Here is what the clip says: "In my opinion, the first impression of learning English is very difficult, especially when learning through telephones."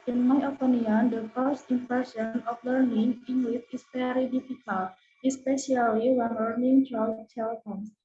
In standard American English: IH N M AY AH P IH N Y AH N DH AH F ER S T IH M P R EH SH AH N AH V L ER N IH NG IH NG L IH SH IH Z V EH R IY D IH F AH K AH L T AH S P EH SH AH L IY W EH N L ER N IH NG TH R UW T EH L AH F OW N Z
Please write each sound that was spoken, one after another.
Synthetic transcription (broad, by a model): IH N M AY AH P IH N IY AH N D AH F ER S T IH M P EH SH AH N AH F L ER N IH NG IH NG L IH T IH S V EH R IY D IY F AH K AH L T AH S P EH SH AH L IY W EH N L ER N IH NG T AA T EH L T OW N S